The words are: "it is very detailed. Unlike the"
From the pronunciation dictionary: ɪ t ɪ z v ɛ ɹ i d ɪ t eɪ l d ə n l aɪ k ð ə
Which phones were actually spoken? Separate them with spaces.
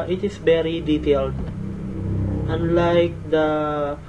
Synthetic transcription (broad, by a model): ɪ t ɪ s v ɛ ɹ i d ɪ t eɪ l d ə n l aɪ k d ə